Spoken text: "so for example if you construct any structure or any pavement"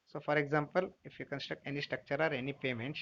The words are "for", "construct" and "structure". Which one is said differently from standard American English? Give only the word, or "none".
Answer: none